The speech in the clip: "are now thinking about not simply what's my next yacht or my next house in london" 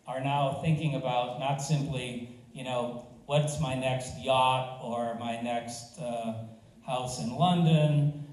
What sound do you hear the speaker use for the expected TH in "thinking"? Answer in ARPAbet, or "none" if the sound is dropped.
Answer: TH